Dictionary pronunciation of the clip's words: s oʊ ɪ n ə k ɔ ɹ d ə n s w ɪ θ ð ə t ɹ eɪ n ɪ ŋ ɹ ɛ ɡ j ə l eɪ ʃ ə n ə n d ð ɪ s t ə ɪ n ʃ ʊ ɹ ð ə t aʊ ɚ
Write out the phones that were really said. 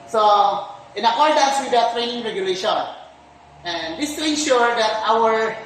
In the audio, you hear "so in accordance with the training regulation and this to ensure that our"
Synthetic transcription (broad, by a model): s oʊ ɪ n ə k ɔ ɹ d ə n s w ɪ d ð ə t ɹ eɪ n ɪ ŋ ɹ ɛ ɡ j ə l eɪ ʃ ə n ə n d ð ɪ s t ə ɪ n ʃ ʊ ɹ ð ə t aʊ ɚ